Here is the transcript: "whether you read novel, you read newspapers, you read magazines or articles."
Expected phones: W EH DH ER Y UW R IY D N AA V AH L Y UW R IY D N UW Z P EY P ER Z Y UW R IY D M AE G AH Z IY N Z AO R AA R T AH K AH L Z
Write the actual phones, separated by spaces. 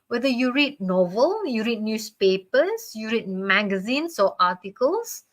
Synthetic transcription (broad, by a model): W EH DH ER Y UW R IY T N AA V AH L Y UW R IY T N UW S P EY P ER S Y UW R IY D M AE G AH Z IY N S AO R AA T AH K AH L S